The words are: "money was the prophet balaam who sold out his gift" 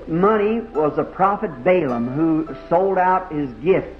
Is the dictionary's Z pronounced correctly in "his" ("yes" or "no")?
yes